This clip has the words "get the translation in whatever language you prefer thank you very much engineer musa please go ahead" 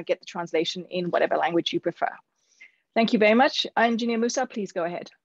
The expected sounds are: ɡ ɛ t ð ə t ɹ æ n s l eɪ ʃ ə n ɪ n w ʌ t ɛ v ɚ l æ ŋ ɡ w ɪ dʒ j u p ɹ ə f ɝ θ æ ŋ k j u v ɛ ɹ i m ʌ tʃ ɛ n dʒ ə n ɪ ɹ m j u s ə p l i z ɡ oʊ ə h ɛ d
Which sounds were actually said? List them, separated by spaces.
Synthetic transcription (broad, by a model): ɡ ɛ t ð ə t ɹ æ n s l eɪ ʃ ə n ɪ n w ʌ t ɛ v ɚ l æ ŋ ɡ w ɪ dʒ j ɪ p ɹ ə f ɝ θ æ ŋ k j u v ɛ ɹ i m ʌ tʃ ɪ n dʒ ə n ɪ m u s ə p l i z ɡ oʊ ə h ɛ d